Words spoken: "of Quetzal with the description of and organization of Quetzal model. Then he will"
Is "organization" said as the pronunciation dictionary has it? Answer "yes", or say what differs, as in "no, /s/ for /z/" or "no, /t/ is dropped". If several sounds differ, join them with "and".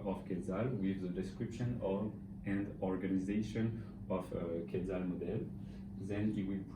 yes